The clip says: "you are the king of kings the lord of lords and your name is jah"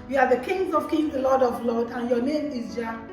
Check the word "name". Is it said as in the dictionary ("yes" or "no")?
yes